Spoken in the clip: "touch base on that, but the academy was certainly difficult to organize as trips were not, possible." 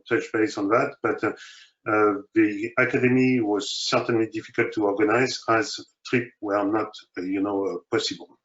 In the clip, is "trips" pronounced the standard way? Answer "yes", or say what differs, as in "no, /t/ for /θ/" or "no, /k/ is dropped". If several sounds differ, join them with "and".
no, /s/ is dropped